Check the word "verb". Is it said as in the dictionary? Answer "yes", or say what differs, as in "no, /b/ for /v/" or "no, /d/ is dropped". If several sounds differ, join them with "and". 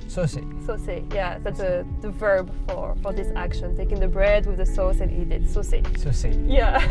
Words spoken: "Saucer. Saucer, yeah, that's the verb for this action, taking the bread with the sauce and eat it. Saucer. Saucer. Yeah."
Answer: yes